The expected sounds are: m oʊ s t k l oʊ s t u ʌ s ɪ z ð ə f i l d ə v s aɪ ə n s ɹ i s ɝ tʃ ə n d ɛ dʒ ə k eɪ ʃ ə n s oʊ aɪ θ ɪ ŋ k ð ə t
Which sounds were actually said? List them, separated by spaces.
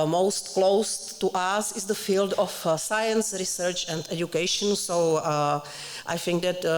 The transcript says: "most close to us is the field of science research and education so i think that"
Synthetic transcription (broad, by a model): m oʊ s t k l oʊ s t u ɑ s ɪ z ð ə f i l d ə f s aɪ ə n s ɹ i s ɝ tʃ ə n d ɛ dʒ ə k eɪ ʃ ə n s oʊ aɪ θ ɪ ŋ k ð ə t